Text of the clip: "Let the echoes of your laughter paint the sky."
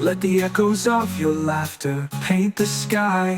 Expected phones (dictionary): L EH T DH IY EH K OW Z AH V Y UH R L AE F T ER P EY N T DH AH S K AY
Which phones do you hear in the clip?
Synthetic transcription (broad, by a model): L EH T DH IY EH K OW Z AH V Y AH R L AE F T ER P EY N DH AH S K AY